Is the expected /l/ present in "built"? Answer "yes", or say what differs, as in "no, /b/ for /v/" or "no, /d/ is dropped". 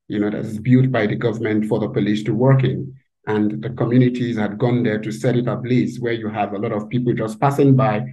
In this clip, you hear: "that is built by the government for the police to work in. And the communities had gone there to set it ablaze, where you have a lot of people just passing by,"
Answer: no, /l/ is dropped